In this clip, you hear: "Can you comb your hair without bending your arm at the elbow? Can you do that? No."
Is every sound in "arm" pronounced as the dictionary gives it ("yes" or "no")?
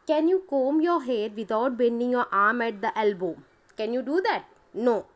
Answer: yes